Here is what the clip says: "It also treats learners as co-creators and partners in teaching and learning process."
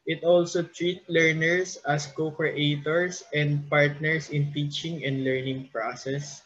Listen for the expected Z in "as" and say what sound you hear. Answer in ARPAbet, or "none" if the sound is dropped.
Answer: S